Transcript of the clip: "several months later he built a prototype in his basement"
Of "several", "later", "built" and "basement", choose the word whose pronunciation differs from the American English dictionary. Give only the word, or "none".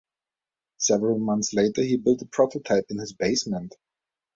none